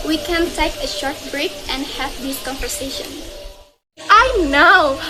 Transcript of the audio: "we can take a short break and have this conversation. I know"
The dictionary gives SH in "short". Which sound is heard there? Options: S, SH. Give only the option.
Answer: SH